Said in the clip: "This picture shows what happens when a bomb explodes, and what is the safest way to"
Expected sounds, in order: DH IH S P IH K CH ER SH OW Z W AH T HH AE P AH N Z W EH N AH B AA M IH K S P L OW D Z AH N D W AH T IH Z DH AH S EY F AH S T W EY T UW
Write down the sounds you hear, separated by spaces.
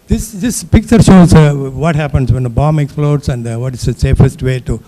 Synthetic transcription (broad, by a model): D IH S P IH K CH ER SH OW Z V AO T HH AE P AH N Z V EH N AH B AA M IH K S F L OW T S AH N D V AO T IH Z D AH S EY F AH S T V EY T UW